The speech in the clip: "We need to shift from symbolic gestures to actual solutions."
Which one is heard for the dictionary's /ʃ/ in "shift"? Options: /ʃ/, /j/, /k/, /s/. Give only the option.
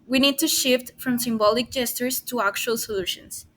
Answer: /ʃ/